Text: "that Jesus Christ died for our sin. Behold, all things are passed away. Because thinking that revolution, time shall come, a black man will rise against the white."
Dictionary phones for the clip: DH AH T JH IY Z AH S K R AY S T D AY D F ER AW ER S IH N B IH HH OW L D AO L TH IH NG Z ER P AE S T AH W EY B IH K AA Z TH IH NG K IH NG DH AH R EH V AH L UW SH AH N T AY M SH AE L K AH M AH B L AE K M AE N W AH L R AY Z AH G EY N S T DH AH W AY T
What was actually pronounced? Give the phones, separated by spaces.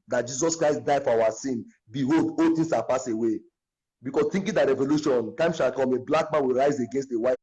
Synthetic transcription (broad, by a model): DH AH T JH IY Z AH S K R AY S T D AY F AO AW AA S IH N B IH HH OW L D AO L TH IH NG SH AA P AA S AH W EY B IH K AA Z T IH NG K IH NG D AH R EH V AH L UW SH AH N T AY M SH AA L K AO M AH B L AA K M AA N W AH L R AY Z AH G EY N S T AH W AY